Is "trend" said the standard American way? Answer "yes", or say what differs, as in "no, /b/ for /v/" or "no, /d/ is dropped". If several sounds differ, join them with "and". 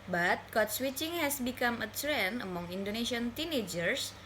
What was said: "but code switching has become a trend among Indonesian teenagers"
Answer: no, /d/ is dropped